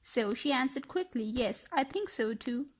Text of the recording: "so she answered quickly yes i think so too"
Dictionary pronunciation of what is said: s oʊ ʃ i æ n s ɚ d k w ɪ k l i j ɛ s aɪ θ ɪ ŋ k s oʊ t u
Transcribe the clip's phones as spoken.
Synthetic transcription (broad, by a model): s oʊ ʃ i æ n s ɚ d k w ɪ k l i j ɛ s aɪ θ ɪ ŋ k s oʊ t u